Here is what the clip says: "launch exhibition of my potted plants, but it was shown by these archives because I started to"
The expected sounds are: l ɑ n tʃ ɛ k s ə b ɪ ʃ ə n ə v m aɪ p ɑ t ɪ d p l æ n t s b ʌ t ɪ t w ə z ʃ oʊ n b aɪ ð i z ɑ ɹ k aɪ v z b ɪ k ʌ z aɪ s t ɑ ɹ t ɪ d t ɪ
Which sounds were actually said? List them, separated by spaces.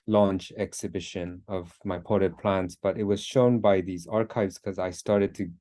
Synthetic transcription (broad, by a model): l ɑ n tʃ ɛ k s ə b ɪ ʃ ə n ə v m aɪ p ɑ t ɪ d p l æ n t s b ʌ t ɪ t w ə z ʃ oʊ n b aɪ ð i z ɑ ɹ k aɪ v z k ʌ z aɪ s t ɑ ɹ t ɪ d t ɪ